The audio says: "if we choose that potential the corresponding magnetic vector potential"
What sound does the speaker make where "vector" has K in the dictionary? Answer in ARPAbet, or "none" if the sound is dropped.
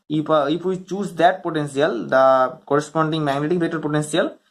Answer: none